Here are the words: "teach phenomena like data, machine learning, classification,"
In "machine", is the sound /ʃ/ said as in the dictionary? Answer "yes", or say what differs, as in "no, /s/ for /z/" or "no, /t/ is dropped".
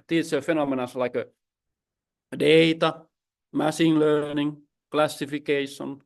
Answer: no, /s/ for /ʃ/